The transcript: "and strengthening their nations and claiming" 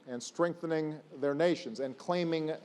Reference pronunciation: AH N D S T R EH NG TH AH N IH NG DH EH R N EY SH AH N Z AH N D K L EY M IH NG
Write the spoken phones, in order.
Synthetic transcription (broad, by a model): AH N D S T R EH NG TH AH N IH NG DH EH R N EY SH AH N Z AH N K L EY M IH NG